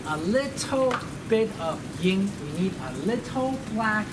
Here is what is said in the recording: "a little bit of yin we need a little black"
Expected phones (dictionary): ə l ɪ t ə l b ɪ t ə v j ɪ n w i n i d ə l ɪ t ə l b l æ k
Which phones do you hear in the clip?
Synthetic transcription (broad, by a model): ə l ɪ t l b ɪ t ə v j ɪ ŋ w i n i d ə l ɪ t l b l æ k